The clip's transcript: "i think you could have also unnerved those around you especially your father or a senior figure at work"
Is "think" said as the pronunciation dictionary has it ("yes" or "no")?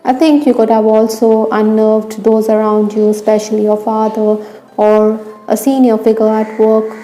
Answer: no